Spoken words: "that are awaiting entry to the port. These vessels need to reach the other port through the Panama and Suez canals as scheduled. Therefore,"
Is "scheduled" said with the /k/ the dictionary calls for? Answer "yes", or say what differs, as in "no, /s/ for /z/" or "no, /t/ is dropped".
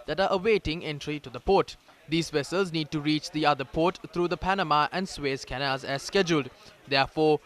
yes